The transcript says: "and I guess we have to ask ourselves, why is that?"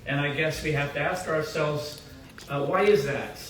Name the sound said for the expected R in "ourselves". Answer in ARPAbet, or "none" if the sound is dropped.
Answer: R